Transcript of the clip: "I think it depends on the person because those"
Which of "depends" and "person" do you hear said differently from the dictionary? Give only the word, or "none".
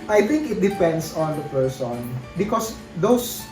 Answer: depends